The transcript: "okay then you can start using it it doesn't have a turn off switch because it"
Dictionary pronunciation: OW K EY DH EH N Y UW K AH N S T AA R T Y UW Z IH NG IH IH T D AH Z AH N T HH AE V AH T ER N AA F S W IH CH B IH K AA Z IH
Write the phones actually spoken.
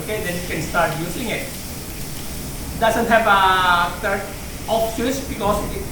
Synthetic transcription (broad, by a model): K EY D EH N Y UW K AH N S T AA R T Y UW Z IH NG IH IH T D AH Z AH N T HH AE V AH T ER AA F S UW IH S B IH K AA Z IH